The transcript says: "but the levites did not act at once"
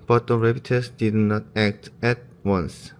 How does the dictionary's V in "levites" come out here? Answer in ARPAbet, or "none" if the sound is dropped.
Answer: P